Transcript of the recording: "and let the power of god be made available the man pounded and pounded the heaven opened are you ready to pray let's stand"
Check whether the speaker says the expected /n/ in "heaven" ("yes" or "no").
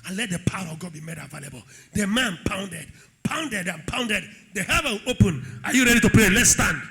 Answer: no